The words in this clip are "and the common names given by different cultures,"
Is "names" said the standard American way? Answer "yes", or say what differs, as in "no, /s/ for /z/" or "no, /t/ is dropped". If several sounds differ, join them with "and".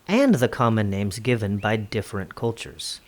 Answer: yes